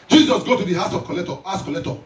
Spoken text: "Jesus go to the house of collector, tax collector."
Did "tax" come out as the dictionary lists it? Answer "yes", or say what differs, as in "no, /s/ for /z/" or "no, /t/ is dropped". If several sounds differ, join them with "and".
no, /k/ is dropped